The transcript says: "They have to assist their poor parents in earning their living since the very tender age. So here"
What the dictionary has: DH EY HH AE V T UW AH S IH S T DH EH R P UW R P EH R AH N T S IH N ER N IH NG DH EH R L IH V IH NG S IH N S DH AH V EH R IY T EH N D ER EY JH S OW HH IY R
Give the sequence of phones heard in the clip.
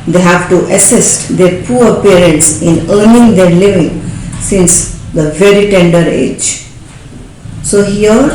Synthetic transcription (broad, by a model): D EY HH AE V T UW AH S IH S T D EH R P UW R P EH R AH N T S IH N ER N IH NG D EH R L IH V IH NG S IH N S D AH V EH R IY T EH N D ER EY JH S OW HH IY R